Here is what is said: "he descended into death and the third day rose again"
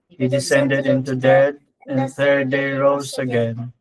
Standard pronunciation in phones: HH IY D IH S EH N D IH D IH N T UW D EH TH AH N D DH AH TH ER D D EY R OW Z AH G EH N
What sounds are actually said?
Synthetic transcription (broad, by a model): HH IY D IH S EH N D IH D IH N T UW D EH T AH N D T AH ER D D EY R OW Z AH G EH N